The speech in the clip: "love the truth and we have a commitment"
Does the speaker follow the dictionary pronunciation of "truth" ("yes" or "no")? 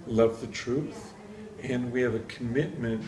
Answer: yes